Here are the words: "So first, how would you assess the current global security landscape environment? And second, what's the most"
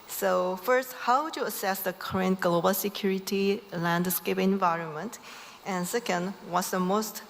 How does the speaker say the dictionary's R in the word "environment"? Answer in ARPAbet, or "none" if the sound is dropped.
R